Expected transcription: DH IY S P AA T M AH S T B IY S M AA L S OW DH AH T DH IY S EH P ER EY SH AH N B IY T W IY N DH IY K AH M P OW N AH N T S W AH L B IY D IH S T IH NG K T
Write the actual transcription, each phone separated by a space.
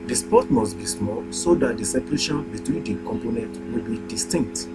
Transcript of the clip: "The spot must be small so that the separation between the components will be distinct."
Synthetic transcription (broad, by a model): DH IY S P AA T M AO S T B IY S M AA L S OW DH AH T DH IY S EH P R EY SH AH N B IY T W IY N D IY K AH M P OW N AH N T W AH L B IY D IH S T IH NG K T